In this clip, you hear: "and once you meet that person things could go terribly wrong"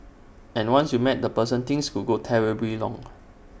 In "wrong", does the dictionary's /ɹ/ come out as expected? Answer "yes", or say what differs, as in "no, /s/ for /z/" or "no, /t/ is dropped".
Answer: no, /l/ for /ɹ/